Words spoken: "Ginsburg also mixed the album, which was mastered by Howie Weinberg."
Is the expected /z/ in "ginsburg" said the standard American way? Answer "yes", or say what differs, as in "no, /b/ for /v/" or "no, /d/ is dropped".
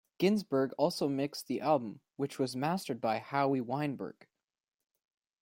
yes